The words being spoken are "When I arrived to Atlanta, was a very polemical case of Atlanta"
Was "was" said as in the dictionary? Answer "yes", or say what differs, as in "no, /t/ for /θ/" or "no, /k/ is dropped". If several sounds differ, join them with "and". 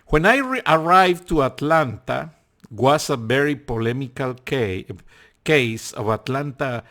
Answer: no, /s/ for /z/